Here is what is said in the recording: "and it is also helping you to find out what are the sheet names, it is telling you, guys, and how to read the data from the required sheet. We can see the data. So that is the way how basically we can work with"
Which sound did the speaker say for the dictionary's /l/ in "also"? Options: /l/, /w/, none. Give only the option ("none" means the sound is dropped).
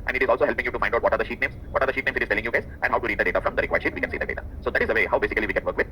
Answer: /l/